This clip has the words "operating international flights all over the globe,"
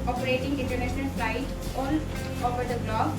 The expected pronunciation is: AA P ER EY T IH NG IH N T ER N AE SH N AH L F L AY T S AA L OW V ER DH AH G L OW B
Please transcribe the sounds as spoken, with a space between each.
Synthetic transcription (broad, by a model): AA P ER EY T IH NG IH N T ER N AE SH N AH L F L AY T AA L OW V ER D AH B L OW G